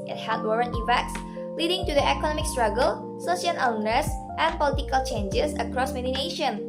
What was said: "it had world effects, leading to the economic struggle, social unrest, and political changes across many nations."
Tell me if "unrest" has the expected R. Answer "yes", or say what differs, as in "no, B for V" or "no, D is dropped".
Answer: no, R is dropped